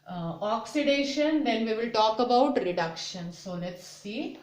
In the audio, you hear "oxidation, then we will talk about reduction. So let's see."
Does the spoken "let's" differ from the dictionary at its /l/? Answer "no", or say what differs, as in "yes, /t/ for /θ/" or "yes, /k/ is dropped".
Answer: yes, /n/ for /l/